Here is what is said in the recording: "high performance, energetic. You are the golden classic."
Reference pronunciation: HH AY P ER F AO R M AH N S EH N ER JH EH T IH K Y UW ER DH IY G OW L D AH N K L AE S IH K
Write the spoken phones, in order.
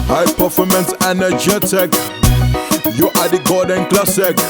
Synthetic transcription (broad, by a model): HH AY P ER F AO M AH N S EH N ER JH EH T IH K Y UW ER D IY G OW D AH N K L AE S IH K